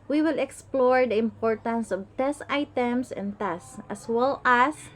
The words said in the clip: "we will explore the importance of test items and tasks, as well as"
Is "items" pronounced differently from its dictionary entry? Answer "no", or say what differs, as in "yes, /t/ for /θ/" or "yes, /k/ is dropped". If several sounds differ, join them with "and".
yes, /s/ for /z/